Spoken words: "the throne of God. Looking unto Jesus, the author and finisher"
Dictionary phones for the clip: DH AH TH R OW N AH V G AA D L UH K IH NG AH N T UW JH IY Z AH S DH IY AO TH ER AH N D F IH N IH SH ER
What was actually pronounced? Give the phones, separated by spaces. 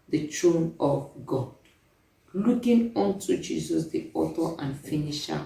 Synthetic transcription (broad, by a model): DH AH T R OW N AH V G AA D L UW K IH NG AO N T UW JH IY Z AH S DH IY AO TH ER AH N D F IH N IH SH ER